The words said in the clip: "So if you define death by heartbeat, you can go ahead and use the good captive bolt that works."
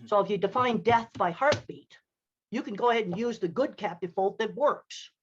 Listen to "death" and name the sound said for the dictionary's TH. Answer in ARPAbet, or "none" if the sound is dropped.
TH